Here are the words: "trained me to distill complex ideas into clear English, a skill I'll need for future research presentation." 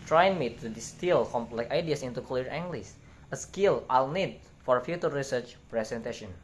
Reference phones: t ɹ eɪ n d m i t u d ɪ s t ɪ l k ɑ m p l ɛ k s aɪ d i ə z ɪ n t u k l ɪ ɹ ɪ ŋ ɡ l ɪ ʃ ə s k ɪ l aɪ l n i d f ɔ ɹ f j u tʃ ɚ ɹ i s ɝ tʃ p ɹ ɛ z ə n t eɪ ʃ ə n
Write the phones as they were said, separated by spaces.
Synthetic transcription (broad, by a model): t ɹ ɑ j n m i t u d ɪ s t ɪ l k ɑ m l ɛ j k aɪ d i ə s ɪ n t u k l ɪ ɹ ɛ ŋ ɡ l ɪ s ə s k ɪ l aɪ l n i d f ɔ ɹ f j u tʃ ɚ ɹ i s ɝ tʃ p ɹ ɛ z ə n t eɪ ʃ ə n